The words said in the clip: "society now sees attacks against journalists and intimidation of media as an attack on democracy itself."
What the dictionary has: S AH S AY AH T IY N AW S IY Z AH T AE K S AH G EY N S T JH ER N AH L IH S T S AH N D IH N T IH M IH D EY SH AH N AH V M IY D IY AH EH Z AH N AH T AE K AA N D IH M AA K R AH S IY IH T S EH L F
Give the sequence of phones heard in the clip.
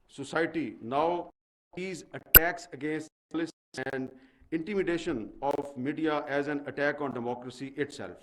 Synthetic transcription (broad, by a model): S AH S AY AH T IY N AW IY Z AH T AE K S AH G EY N S T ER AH L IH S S AH N D IH N T IH M IH D EY SH AH N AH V M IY D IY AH EH Z AH N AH T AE K AA N D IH M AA K R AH S IY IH T S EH L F